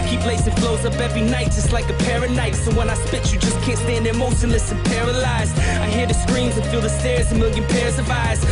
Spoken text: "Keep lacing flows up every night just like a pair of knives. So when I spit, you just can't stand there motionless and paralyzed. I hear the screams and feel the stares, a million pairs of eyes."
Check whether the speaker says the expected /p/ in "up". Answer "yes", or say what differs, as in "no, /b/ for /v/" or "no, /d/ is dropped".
no, /b/ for /p/